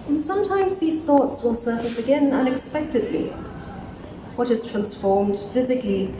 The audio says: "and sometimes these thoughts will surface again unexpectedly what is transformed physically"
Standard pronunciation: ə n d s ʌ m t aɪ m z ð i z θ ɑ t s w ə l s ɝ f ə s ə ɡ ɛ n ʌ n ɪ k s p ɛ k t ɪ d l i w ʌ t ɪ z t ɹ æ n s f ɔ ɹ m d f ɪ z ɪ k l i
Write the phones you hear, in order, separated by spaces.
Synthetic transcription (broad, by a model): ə n s ʌ m t aɪ m z ð i z θ ɑ t s w ə l s ɝ f ə s ə ɡ ɛ n ʌ n ɪ k s p ɛ k t ɪ d l i w ʌ t ɪ z t ɹ æ n s f ɔ ɹ m d f ɪ z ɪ k l i